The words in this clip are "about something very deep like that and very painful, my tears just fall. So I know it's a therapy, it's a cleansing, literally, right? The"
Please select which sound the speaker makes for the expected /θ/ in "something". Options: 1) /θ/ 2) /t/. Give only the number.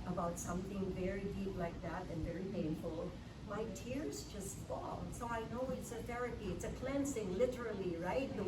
1